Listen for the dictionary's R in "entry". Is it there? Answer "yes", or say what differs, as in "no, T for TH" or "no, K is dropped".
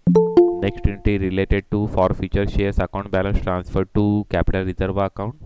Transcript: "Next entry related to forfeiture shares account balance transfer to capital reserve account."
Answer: no, R is dropped